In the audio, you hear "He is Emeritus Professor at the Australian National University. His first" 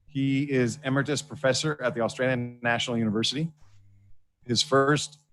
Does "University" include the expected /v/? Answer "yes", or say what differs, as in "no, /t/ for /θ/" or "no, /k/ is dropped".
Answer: yes